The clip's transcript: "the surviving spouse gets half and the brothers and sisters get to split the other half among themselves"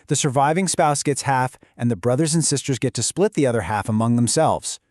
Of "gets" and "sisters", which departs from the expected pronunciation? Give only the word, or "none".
none